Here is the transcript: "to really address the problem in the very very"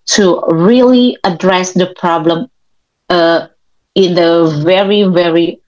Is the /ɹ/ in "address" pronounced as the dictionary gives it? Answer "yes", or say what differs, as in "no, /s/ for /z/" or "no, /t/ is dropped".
yes